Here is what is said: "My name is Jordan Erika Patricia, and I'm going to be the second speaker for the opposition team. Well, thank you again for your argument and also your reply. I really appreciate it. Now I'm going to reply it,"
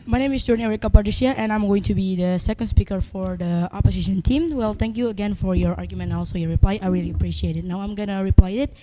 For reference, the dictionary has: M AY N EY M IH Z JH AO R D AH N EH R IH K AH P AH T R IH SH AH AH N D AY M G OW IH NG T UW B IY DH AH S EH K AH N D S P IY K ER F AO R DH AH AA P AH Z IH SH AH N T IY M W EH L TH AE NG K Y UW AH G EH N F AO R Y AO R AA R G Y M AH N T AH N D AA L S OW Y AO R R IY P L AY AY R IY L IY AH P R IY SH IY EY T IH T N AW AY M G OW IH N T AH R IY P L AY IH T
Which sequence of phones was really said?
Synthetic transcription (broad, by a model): M AY N EY M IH S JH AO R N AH EH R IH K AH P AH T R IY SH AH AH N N AY M G OW IH NG T UW B IY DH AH S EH K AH N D S P IY K ER F AO R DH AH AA P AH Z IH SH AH N T IY M W EH L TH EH NG K Y UW AH G EH N F AO R Y AO R AA R G Y AH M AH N AA L S OW Y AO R R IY P L AY AY R IY L IY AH P R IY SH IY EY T IH T N AW AY M G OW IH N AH R IY P L AY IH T